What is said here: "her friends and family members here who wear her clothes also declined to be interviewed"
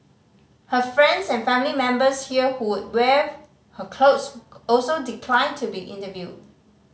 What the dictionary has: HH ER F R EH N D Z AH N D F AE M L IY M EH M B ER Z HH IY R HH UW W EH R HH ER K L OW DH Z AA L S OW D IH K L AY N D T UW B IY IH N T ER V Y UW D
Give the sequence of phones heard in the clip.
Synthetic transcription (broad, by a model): HH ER F R EH N D S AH N F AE M L IY M EH M B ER S HH IY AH HH UW W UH W HH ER K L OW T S AA L S OW D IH K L AY N T UW B IY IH N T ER V Y UW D